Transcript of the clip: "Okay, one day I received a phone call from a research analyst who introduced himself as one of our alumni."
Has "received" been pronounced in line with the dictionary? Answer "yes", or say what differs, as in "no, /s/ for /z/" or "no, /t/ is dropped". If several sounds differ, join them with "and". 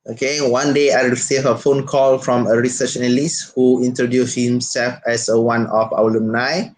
no, /d/ is dropped